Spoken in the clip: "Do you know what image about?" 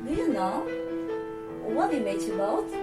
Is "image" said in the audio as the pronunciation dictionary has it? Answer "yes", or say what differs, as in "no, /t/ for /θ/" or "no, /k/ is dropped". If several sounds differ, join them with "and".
no, /tʃ/ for /dʒ/